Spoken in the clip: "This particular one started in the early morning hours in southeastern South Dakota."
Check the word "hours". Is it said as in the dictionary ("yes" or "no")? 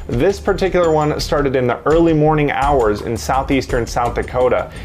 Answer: yes